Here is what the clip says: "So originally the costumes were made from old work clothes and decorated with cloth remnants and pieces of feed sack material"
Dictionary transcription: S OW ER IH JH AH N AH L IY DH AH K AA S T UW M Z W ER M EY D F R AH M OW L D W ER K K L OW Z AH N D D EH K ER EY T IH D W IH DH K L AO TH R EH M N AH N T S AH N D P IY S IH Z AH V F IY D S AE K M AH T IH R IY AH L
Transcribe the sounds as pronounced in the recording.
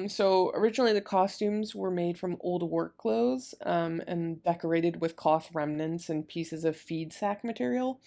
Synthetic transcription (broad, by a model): S OW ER IH JH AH N L IY DH AH K AA S T UW M Z W ER M EY D F R AH M OW L D W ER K K L OW Z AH N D D EH K ER EY T IH D W IH DH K AO TH R EH M N AH N T S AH N P IY S IH Z AH V F IY D S AE K M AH T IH R IY L